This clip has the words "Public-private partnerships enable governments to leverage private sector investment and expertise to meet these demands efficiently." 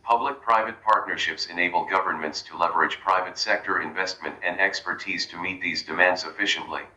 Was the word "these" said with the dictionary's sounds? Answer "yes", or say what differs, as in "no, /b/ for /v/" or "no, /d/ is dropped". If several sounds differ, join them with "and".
yes